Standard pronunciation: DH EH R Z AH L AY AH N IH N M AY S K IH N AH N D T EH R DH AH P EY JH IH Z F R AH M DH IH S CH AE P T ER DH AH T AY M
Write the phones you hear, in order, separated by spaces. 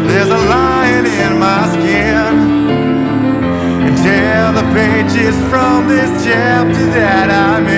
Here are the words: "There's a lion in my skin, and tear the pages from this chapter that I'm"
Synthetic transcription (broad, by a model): DH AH R Z AH L AY AH N IH N M AY S K IH N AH N T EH L DH AH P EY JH IH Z F R AH M DH IH S CH AE P T ER DH AH T AY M